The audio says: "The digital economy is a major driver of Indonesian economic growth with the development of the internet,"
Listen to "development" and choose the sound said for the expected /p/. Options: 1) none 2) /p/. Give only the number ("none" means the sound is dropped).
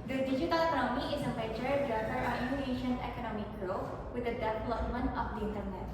1